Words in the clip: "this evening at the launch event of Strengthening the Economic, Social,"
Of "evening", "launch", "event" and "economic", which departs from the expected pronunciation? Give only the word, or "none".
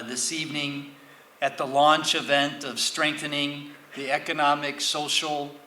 none